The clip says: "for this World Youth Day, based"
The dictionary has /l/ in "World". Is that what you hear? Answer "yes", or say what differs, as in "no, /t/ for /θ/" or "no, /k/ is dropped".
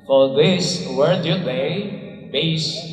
no, /l/ is dropped